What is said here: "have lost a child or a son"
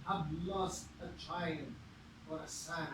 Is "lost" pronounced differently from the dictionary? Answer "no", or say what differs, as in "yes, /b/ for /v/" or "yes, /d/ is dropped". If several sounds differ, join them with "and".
no